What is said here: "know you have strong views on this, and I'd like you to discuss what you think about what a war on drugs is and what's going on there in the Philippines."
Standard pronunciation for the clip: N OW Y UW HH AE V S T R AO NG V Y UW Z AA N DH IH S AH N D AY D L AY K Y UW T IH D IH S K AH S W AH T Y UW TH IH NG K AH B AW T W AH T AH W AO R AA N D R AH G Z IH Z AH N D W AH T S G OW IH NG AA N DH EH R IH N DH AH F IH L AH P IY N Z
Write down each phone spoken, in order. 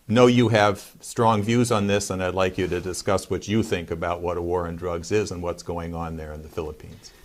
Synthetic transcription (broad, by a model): N OW Y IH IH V S T R AO NG V Y UW Z N DH IH S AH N AY D L AY K Y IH T IH D IH S K AH S W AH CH Y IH TH IH NG K AH B AW T W AH T AH W AO R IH N D R AH G Z IH Z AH N W AH T S G OW IH NG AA N DH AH R IH N DH AH F IH L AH P IY N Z